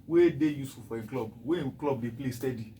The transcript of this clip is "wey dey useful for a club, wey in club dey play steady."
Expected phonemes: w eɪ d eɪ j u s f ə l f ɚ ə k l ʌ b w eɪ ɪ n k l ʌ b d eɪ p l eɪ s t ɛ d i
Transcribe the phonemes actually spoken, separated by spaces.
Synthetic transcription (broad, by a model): w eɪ d eɪ j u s ə f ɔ ə k l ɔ b w eɪ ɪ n k l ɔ b d eɪ p l eɪ s t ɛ d i